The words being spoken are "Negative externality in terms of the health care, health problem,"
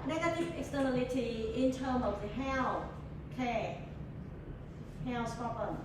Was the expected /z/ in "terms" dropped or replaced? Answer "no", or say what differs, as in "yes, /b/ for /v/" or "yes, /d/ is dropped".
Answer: yes, /z/ is dropped